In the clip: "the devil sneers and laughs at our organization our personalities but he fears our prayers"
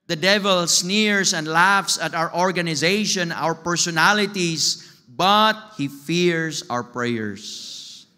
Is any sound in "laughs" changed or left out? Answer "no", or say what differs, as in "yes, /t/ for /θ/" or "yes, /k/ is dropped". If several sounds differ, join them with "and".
no